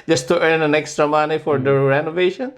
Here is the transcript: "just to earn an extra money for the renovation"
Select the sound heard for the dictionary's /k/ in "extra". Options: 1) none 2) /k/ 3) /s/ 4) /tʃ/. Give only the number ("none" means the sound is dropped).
2